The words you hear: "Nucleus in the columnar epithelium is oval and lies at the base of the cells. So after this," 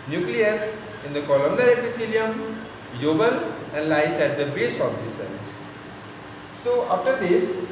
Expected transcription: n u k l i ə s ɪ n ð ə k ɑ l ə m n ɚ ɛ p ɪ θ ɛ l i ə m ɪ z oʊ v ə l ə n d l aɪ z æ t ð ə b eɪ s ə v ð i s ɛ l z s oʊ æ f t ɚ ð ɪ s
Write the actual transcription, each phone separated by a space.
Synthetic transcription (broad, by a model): n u k l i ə s ɪ n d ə k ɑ l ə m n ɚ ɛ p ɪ f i l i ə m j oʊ b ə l ə n d l aɪ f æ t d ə b eɪ s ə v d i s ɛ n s s oʊ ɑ f t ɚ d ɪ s